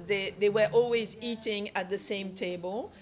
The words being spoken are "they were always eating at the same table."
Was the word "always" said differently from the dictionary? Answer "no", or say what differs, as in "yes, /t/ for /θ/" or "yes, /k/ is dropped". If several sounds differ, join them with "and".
no